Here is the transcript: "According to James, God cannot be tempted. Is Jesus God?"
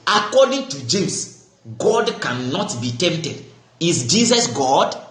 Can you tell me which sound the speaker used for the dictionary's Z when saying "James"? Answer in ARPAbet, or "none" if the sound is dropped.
S